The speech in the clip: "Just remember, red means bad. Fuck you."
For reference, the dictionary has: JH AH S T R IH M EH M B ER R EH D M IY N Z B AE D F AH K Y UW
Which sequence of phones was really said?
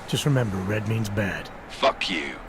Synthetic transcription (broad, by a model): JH AH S T R IH M EH M B ER R EH D M IY N Z B AE D F AH K Y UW